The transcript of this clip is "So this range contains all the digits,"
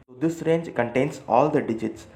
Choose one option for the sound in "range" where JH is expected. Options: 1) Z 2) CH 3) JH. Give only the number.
3